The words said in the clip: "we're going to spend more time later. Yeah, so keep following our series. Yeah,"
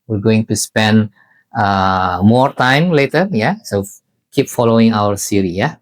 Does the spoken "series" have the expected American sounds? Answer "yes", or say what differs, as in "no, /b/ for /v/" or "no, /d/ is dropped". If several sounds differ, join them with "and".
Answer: no, /z/ is dropped